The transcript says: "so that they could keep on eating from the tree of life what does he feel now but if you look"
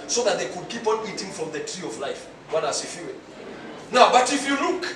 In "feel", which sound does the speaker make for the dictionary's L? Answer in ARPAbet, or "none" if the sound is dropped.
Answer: W